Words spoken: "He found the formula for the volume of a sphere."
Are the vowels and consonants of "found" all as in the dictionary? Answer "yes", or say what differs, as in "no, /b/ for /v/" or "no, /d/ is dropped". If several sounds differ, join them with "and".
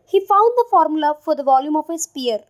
yes